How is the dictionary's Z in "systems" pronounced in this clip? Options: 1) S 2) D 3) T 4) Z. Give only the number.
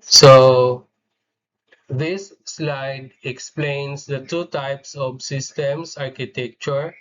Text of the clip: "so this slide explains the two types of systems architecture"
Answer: 1